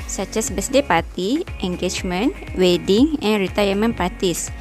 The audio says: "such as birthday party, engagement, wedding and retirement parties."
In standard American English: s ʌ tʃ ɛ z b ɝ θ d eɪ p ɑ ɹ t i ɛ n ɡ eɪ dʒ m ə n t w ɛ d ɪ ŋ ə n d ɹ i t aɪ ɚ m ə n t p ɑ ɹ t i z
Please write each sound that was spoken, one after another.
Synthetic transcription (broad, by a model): s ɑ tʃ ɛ s b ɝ s d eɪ p ɑ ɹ t i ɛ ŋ ɡ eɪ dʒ m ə n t w ɛ d ɪ ŋ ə n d ɹ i t aɪ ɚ m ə n p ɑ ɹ t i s